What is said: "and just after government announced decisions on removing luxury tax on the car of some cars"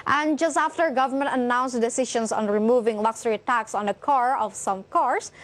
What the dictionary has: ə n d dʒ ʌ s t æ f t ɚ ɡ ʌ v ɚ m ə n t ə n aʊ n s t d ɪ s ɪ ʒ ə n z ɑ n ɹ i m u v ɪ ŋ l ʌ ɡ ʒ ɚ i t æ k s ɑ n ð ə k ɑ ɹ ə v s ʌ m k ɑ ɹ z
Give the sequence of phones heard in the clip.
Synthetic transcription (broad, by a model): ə n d dʒ ʌ s t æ f t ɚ ɡ ʌ v ɚ m ə n t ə n aʊ n s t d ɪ s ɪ ʃ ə n s ɑ n ɹ i m u v ɪ ŋ l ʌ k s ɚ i t æ k s ɑ n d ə k ɑ ɹ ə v s ʌ m k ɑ ɹ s